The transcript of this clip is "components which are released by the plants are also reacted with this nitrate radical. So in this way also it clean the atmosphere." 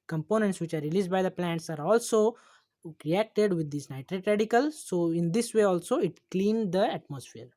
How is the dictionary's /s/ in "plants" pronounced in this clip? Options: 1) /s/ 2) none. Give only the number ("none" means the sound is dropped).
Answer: 1